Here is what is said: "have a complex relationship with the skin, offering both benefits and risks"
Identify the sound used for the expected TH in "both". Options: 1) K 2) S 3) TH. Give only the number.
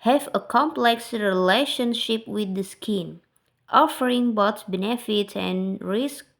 2